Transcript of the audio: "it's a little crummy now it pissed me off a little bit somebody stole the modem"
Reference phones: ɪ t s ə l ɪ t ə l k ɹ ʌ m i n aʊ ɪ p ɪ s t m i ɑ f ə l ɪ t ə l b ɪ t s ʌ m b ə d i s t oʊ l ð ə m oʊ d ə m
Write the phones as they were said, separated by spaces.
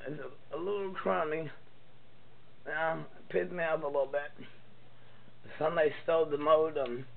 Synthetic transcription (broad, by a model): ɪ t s ə l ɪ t l k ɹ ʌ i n ɪ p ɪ t m i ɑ p ə l ɪ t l b ɪ t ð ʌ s ə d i s t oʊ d ð ə m oʊ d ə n